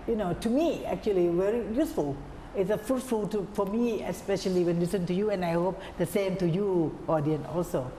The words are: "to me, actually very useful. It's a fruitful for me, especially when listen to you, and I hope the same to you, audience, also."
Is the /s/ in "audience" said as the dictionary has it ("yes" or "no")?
no